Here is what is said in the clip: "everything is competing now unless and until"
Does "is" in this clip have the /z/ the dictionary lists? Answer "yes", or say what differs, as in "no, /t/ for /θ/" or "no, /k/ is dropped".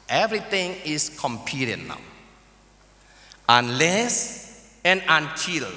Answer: no, /s/ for /z/